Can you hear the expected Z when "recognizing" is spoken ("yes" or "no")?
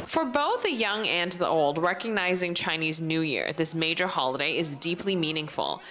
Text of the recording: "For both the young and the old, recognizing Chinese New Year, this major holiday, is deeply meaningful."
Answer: yes